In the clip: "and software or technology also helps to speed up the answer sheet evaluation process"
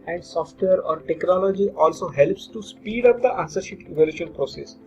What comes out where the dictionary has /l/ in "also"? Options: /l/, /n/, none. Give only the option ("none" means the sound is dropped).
/l/